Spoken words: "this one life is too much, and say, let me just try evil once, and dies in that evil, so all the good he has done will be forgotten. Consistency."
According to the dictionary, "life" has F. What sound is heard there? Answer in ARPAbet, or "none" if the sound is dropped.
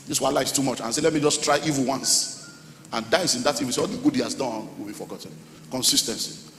none